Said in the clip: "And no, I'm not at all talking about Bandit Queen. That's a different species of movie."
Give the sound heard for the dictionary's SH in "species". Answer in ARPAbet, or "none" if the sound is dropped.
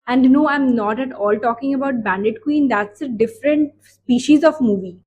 SH